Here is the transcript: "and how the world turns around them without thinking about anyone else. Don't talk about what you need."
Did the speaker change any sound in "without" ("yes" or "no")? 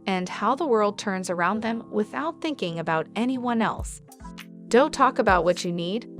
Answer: no